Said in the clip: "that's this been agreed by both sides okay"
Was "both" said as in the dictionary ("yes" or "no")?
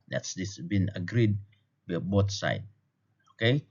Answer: no